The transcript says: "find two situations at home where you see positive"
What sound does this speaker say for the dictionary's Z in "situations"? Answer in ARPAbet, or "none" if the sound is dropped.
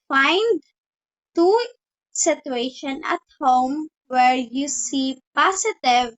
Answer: none